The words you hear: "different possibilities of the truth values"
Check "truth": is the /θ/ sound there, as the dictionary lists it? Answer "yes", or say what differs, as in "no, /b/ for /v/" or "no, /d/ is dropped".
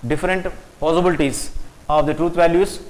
no, /t/ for /θ/